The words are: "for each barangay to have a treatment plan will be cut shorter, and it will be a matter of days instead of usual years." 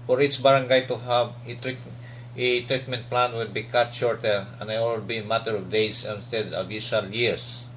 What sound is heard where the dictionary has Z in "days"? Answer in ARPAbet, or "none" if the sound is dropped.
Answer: S